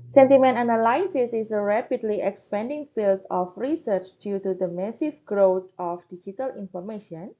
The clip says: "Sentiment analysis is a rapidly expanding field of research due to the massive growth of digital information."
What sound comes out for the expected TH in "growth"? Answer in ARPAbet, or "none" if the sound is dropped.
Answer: T